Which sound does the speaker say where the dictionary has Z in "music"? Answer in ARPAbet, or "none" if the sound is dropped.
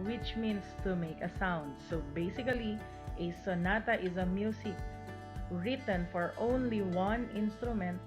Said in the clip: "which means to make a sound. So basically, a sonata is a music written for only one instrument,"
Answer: S